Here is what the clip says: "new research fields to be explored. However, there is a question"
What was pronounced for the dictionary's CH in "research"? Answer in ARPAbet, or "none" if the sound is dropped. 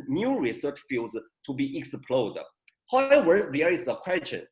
CH